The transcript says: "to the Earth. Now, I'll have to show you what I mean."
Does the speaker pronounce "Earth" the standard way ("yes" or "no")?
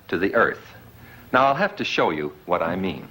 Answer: yes